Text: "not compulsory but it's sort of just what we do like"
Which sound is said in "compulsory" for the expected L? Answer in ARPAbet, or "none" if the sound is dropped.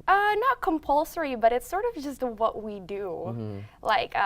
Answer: L